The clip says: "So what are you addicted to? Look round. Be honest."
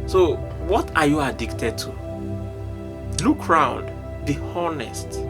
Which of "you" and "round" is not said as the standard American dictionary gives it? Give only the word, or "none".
none